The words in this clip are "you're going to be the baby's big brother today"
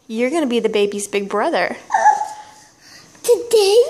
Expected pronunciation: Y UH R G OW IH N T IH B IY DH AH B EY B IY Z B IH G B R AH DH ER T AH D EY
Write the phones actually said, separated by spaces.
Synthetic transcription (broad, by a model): Y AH R G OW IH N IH B IY DH AH B EY B IY Z B IH G B R AH DH ER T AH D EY